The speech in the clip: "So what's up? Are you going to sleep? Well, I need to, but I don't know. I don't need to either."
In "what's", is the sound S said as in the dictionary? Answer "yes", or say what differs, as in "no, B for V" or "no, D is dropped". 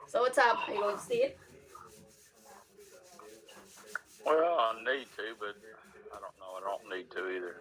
no, S is dropped